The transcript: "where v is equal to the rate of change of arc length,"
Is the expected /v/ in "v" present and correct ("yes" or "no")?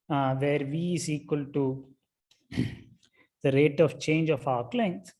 yes